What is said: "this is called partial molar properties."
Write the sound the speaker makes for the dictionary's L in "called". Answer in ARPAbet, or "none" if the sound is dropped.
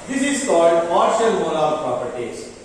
L